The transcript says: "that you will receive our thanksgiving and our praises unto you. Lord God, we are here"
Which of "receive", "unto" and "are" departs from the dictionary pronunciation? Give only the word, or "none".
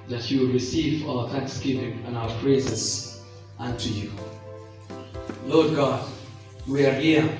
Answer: none